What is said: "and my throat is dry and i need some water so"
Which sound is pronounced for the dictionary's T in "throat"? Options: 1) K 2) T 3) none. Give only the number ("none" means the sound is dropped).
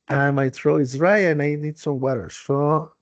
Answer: 3